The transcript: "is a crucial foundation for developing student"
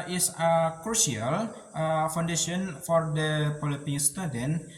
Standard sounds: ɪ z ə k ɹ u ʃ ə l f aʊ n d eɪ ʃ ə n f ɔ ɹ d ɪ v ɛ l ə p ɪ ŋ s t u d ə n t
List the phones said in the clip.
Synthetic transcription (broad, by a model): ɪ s ə k ɹ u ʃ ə l f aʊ n d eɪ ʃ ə n f ɔ ɹ d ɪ p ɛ l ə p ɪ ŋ s t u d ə n